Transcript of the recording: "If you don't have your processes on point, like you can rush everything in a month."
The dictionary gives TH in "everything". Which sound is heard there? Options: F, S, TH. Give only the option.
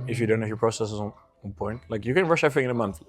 F